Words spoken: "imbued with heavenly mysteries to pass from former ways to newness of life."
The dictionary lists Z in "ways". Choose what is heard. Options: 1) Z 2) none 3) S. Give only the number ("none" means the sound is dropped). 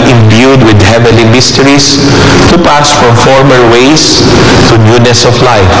3